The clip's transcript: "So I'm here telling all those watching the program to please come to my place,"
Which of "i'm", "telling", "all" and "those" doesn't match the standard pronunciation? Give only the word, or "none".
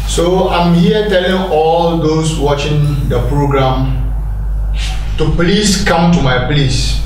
those